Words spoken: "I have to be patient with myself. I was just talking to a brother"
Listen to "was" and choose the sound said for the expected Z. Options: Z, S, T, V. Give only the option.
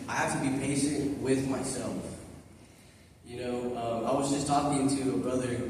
Z